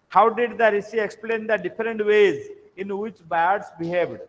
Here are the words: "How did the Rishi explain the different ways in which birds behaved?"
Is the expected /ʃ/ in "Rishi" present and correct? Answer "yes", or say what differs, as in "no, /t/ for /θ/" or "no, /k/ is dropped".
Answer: no, /s/ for /ʃ/